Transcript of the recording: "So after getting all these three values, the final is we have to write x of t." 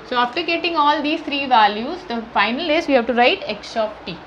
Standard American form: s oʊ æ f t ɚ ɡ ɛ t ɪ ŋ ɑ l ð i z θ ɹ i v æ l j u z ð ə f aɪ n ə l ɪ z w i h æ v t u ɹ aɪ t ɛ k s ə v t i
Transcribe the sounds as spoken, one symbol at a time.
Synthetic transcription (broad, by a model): s oʊ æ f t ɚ ɡ ɛ t ɪ ŋ ɑ l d i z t ɹ i v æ l j u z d ə f aɪ n ə l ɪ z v i h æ v t u ɹ aɪ t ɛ k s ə p t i